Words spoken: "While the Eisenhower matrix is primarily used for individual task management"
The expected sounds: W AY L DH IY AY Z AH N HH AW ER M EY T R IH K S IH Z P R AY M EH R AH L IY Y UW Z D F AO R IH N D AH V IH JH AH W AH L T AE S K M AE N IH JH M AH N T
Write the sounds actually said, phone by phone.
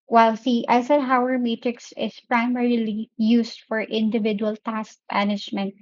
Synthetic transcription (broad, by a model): W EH L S IY AY S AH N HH AW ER M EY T R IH K S IH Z P R AY M EH R AH L IY Y UW S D F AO R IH N D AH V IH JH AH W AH L T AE S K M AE N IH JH M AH N T